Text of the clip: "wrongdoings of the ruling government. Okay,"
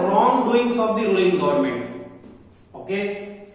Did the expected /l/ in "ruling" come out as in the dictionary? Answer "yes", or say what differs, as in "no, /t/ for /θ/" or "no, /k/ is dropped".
no, /l/ is dropped